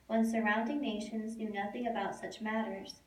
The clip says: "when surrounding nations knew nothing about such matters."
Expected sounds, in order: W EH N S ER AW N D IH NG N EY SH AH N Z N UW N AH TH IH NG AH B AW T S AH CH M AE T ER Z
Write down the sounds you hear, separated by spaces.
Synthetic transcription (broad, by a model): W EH N S ER AW N D IH NG N EY SH AH N Z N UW N AH TH IH NG AH B AW T S AH CH M AE T ER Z